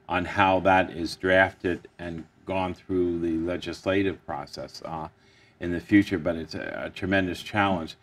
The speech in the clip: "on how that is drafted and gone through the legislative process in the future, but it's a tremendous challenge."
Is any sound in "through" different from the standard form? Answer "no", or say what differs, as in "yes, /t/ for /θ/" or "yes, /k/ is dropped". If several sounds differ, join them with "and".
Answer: no